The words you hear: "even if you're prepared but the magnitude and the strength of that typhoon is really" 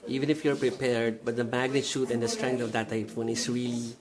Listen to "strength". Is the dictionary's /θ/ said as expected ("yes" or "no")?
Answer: no